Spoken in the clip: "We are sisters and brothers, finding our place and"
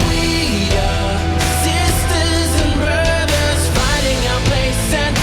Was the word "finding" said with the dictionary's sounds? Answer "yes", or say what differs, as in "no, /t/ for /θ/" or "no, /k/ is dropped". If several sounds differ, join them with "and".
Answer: no, /n/ is dropped